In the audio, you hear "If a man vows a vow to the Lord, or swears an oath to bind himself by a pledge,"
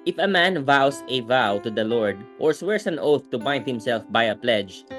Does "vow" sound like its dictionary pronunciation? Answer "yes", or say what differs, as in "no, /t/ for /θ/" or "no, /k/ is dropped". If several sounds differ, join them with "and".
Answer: yes